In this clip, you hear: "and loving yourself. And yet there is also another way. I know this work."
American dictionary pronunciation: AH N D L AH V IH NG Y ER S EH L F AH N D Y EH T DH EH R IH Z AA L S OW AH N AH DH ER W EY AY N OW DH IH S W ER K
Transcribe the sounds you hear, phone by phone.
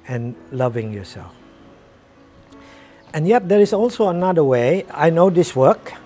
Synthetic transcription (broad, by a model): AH N L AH V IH NG Y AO S EH L F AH N Y EH T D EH R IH S AA L S OW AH N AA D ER W EY AY N OW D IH S W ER K